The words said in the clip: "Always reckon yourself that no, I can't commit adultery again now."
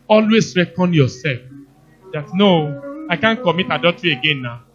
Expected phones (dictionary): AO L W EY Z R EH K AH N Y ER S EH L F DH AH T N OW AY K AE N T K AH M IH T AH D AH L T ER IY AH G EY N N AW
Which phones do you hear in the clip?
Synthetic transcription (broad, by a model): AO L W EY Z R EH K AH N Y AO S EH L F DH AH T N OW AY K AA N K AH M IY T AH D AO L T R IY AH G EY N N AW